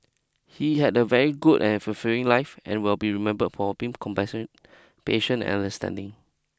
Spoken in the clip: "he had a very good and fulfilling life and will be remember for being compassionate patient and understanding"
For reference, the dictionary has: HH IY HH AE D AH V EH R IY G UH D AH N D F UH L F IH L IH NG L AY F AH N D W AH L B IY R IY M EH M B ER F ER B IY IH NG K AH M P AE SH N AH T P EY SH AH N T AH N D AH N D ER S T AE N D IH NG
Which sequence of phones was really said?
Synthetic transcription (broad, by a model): HH IY HH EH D AH V EH R IY G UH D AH N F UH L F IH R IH NG L AY F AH N W AH L B IY R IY M EH M B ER F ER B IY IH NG K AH M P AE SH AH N P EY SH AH N AH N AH N D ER S T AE N D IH NG